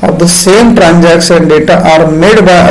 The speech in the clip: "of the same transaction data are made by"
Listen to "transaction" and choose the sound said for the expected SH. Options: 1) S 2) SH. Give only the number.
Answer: 1